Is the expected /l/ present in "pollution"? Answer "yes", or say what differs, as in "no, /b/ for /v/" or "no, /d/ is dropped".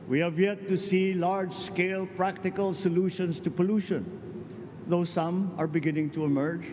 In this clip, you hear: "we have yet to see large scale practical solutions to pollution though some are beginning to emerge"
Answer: yes